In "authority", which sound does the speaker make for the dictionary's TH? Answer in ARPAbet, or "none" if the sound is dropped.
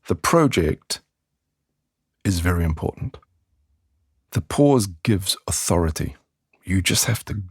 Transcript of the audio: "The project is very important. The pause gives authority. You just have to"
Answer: TH